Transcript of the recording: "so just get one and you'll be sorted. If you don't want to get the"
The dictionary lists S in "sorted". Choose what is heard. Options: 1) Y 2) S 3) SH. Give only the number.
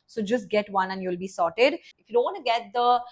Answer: 2